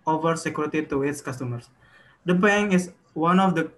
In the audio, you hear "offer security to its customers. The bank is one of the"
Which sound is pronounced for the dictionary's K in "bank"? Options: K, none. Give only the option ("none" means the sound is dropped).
none